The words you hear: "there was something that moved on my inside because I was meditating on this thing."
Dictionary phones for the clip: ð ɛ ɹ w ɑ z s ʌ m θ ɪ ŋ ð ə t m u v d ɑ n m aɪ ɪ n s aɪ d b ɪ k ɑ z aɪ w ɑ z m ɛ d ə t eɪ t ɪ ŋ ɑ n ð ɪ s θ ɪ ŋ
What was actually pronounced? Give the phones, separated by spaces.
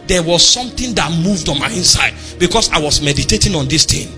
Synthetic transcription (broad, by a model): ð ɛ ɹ w ɑ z s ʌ m t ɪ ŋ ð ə t m u v d ɑ n m aɪ ɪ n s aɪ d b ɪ k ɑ s aɪ w ɑ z m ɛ d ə t eɪ t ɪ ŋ ɑ n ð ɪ s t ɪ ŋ